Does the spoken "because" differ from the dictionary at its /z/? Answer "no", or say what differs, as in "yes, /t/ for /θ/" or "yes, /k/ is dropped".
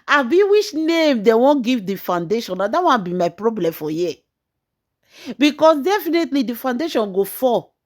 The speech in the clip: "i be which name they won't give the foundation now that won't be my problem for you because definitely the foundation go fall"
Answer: yes, /s/ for /z/